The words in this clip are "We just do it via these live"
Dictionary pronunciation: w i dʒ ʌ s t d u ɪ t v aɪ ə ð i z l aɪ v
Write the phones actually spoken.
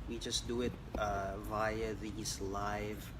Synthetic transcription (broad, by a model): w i dʒ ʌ s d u ɪ t v aɪ ə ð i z l aɪ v